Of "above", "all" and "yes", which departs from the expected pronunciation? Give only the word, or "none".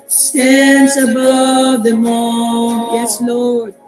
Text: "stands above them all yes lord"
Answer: all